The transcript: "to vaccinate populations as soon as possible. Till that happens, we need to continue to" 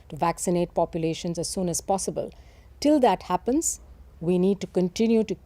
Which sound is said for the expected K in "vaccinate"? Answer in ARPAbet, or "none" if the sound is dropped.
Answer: K